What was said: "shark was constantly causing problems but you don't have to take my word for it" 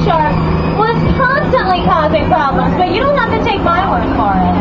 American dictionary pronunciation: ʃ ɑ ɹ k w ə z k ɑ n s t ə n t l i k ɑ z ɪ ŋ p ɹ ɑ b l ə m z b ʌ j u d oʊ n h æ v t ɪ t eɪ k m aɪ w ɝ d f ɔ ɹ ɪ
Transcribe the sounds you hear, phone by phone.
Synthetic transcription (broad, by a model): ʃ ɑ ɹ w ə z k ɑ n s t ə n t l i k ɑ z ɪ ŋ p ɹ ɑ b l ə m z b ʌ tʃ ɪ d oʊ n h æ f t ɪ t eɪ k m aɪ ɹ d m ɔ ɹ